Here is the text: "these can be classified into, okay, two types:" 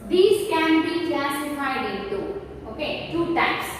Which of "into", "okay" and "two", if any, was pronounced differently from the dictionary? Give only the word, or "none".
into